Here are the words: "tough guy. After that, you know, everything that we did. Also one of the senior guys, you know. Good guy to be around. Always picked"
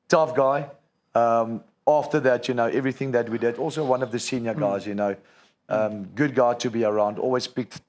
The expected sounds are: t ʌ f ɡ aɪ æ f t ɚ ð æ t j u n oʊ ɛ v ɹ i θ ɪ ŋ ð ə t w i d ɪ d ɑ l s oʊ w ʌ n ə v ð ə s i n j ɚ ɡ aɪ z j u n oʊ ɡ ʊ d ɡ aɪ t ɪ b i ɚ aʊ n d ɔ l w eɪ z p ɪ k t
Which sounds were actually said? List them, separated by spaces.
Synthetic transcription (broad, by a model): t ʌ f ɡ aɪ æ f t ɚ ð æ t j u n oʊ ɛ v ɹ i θ ɪ ŋ ð ə t w i d ɪ d ɑ l s oʊ w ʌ n ə v ð ə s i n j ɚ ɡ aɪ z j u n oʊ ɡ ʊ d ɡ aɪ t ɪ b i ɚ aʊ n d ɔ l w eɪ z p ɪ k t